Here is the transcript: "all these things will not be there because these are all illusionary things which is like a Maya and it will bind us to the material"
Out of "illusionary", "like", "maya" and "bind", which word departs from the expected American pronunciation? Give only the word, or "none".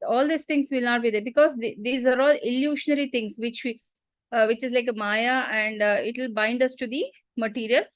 illusionary